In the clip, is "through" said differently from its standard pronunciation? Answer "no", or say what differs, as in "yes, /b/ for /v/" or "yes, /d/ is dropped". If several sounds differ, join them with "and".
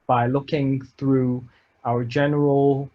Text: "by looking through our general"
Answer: no